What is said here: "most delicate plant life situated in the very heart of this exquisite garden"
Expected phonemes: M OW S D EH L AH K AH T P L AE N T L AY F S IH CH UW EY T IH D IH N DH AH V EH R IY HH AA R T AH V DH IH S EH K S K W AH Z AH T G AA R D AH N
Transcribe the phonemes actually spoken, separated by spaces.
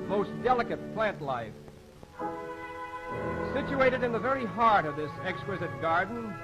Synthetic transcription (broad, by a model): M OW S D EH L AH K AH T P L AE N T L AY F S IH CH UW EY T IH D IH N DH AH V EH R IY HH AA R T AH V DH IH S EH K S K W AH Z AH T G AA R D N